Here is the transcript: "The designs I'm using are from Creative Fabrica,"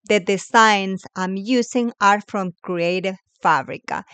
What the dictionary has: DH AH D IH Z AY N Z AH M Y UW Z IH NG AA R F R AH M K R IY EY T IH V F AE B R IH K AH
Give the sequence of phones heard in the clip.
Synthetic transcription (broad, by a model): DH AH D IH S AY N S AH M Y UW S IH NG AA R F R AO M K R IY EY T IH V F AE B R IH K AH